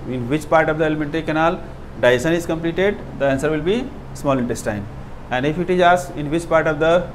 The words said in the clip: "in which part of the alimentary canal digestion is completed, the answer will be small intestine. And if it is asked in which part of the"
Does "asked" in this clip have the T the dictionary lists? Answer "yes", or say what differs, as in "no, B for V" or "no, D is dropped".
no, T is dropped